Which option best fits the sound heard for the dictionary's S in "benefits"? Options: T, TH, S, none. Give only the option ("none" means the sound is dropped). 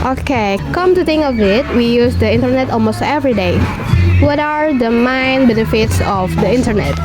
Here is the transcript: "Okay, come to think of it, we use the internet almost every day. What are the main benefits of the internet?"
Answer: S